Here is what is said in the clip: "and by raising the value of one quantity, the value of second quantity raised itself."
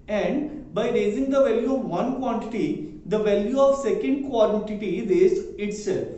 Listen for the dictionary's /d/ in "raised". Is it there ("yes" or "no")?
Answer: no